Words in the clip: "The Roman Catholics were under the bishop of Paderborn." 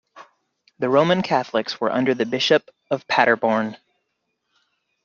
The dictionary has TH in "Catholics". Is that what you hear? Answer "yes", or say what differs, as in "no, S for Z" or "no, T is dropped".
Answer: yes